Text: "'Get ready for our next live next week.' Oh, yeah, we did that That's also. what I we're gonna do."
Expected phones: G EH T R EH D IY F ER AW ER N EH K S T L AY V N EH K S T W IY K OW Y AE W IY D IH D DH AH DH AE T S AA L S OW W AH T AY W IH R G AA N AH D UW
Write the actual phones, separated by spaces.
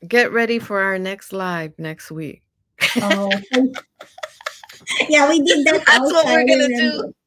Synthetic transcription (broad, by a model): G EH T R EH D IY F ER AW ER N EH K S T L AY V N EH K S T W IY K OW Y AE W IY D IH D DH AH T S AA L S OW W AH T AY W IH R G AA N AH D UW